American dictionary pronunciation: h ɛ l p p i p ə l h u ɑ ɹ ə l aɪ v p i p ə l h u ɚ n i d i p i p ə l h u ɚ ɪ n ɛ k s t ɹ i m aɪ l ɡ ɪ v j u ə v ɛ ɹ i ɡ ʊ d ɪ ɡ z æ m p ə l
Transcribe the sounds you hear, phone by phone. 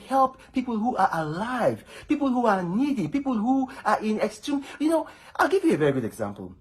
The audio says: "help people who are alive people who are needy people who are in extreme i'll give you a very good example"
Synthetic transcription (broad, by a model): h ɛ l p p i p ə l h u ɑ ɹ ə l aɪ v p i p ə l h u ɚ n i d i p i p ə l h u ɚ ɪ n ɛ k s t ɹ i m aɪ l ɡ ɪ v j u ə v ɛ ɹ i ɡ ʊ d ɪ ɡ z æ m p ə l